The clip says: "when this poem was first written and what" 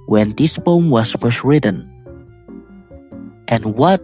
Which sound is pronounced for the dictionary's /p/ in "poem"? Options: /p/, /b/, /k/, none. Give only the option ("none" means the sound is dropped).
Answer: /b/